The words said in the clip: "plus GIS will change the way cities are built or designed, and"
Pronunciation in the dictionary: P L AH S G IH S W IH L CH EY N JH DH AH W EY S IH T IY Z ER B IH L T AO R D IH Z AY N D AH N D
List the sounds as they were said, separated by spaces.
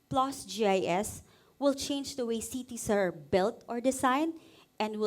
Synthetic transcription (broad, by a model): P L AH S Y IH S W IH L CH EY N JH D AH W EY S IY T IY S ER B IH L T AO R D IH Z AY N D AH N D